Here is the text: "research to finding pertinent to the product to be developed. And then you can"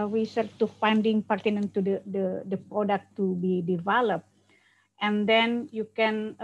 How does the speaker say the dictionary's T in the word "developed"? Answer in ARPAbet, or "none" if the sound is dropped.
T